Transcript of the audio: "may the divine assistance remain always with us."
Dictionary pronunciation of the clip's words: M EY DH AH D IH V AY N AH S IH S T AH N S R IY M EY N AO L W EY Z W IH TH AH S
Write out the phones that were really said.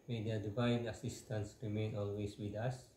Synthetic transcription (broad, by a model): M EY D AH D IH V AY N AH S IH S T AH N S R IY M EY N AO L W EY S W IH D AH S